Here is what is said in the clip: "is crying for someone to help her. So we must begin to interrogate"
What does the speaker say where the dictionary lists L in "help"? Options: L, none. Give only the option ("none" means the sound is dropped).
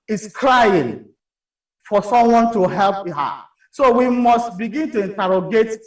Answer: L